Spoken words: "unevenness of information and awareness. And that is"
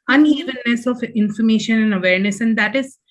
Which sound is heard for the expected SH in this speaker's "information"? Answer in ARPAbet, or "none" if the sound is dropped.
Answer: SH